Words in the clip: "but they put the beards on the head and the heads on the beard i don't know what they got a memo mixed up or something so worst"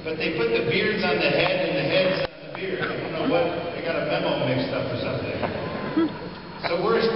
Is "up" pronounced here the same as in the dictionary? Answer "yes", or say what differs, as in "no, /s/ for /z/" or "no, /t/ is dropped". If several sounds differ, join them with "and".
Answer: no, /f/ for /p/